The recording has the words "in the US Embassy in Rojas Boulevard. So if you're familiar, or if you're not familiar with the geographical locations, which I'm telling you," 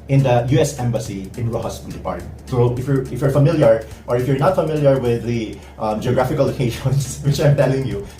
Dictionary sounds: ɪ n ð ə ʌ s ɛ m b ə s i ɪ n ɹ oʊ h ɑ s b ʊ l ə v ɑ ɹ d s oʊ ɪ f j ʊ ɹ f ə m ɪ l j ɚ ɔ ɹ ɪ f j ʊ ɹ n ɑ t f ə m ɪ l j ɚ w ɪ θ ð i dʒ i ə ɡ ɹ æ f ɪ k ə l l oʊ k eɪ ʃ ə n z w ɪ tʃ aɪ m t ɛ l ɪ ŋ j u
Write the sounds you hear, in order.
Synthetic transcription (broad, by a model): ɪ n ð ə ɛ s ɛ m b ə s i ɪ n ɹ oʊ h ɑ s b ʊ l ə p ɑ ɹ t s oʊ ɪ f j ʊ ɹ f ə m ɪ l j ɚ ɔ ɹ ɪ f j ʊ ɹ n ɑ t f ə m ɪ l j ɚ w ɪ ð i dʒ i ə ɡ ɹ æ f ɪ k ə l l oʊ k eɪ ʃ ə n s w ɪ tʃ aɪ m t ɛ l ɪ ŋ j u